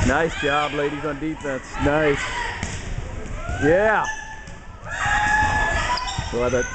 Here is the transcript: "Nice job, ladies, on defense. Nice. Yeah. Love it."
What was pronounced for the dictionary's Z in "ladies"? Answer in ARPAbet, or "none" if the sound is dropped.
Z